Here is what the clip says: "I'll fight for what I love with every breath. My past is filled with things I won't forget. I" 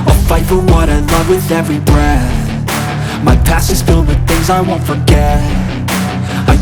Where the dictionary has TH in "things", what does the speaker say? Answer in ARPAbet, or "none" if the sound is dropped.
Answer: TH